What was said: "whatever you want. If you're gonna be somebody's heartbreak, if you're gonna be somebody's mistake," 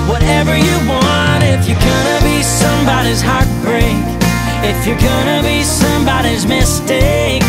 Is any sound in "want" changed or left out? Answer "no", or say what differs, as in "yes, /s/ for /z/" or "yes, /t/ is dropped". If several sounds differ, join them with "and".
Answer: no